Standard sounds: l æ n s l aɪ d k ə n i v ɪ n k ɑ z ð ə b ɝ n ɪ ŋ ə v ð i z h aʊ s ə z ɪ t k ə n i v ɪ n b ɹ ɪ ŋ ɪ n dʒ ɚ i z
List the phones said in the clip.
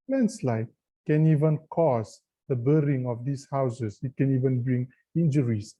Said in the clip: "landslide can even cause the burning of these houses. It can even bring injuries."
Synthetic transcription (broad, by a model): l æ n s l aɪ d k ə n i v ɪ n k ɑ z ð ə b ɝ ɪ ŋ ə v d i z h aʊ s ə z ɪ t k ə n i v ɪ n b ɹ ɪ ŋ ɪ n dʒ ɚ i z